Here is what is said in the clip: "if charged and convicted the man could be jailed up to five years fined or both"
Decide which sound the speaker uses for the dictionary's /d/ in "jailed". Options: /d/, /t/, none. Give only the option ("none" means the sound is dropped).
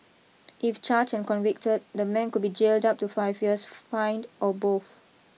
/d/